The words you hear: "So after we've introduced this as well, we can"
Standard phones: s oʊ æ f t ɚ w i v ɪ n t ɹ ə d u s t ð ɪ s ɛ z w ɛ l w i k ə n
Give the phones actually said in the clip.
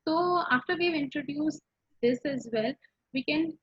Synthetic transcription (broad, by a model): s oʊ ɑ f t ɚ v i v ɪ n t ɹ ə d u s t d ɪ s ɛ z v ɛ l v i k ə n